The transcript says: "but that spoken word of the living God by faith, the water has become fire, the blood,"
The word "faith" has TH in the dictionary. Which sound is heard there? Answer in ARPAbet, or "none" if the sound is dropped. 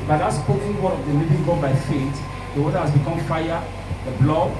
T